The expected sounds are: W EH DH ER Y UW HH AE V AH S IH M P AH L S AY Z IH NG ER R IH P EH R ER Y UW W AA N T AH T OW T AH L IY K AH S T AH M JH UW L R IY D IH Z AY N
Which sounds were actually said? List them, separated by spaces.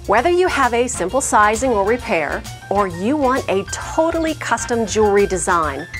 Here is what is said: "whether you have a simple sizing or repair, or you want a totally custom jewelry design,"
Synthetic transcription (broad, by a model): W EH DH ER Y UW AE V AH S IH M P L S AY Z IH NG ER R IH P EH R ER Y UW W AA N T AH T OW T L IY K AH S T AH M JH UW R IY D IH Z AY N